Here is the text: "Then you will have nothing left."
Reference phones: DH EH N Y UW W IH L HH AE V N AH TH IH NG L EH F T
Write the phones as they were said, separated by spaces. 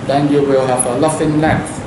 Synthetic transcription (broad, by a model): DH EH N Y UW W IH L HH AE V L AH F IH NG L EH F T